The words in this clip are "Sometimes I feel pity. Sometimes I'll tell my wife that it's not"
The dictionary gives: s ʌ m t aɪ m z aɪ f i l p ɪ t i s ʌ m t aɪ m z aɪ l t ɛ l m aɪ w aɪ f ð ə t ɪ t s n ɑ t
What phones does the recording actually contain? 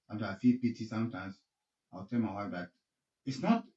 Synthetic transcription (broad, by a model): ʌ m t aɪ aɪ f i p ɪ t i s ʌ m t aɪ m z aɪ w t ɛ l m aɪ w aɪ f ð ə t ɪ t s n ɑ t